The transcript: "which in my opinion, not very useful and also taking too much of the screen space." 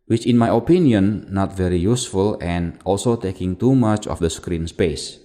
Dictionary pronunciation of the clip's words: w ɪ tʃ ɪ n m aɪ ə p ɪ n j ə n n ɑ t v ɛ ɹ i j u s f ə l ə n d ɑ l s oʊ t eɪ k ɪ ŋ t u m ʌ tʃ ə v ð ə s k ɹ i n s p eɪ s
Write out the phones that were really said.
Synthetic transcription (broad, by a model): w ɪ tʃ ɪ n m aɪ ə p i n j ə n n ɑ t v ɛ ɹ i j u s f ə l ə n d ɑ l s oʊ t eɪ k ɪ ŋ t u m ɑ tʃ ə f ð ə s k ɹ i n s p eɪ s